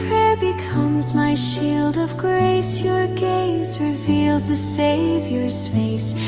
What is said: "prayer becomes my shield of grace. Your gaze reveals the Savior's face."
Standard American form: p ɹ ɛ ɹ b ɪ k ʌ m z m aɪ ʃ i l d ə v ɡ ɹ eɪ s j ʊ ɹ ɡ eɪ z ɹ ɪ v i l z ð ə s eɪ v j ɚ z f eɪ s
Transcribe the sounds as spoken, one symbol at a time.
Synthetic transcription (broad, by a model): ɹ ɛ ɹ b ɪ k ʌ m z m aɪ ʃ i l d ə v ɡ ɹ eɪ s j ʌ ɹ ɡ eɪ z ɹ ɪ v i l z ð ə s eɪ v j ɚ z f eɪ s